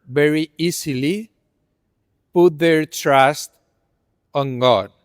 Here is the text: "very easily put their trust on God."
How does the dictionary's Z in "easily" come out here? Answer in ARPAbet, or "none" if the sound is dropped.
S